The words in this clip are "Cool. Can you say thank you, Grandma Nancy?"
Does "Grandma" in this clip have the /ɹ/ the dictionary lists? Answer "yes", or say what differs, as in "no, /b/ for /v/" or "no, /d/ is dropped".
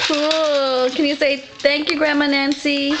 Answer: yes